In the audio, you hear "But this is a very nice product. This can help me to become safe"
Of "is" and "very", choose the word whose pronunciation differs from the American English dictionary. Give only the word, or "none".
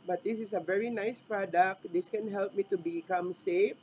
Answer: is